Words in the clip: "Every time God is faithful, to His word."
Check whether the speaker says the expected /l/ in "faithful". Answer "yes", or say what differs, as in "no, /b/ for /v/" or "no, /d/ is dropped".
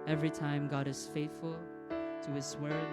yes